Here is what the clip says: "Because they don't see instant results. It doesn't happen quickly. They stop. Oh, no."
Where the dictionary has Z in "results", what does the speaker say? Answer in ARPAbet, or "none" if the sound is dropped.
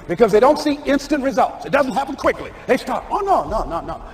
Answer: Z